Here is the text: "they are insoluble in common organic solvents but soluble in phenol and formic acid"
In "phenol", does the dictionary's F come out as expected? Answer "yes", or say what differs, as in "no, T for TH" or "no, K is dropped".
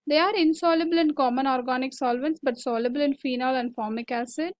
yes